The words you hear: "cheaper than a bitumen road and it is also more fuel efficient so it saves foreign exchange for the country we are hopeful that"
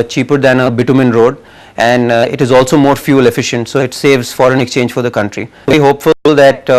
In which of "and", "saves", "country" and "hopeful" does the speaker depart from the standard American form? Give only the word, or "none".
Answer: none